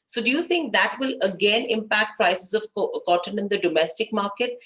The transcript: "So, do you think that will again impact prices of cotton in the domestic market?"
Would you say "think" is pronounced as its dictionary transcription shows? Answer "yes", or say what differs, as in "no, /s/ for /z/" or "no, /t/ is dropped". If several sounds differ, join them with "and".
no, /t/ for /θ/